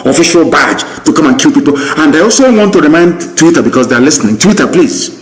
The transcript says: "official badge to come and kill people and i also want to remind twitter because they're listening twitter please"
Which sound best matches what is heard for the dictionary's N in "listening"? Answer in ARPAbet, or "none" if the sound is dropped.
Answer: N